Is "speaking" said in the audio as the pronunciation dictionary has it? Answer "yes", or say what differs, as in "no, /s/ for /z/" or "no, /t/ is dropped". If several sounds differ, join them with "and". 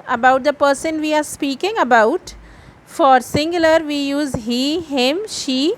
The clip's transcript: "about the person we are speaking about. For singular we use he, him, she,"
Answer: yes